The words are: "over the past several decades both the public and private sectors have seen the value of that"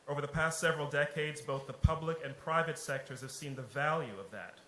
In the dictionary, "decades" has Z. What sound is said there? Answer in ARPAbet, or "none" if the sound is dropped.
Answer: Z